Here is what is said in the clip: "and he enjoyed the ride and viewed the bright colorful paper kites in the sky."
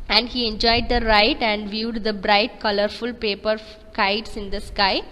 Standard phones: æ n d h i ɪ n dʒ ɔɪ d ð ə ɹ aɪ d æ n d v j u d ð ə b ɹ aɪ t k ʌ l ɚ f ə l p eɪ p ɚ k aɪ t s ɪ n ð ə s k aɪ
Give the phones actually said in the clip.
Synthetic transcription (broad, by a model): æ n d h i ɪ n dʒ ɔɪ d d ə ɹ aɪ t æ n d v j u d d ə b ɹ aɪ t k ʌ l ɚ f ə l p eɪ p ɚ k aɪ t s ɪ n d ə s k aɪ